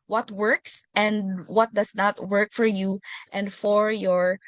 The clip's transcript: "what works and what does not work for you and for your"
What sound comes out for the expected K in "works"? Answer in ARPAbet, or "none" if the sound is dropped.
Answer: K